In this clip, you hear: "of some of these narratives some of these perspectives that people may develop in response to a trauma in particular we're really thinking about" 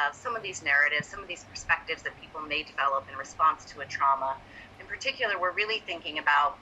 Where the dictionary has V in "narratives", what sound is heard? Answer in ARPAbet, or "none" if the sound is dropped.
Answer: V